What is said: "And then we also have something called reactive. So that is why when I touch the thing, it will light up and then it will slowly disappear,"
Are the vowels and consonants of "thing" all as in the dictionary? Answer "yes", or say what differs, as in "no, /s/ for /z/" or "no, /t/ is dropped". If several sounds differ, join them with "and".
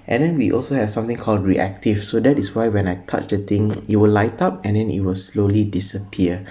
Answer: no, /t/ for /θ/